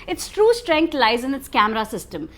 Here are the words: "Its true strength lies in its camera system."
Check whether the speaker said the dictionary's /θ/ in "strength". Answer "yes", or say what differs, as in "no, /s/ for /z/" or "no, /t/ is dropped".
no, /t/ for /θ/